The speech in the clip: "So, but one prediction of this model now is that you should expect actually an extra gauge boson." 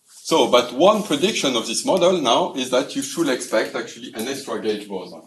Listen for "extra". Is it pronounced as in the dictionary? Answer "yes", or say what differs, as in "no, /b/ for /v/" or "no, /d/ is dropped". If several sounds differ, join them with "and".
yes